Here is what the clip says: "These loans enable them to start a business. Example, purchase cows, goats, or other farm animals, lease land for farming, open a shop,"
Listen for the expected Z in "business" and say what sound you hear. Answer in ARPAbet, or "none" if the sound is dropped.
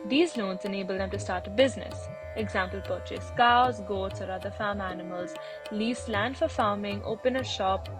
Z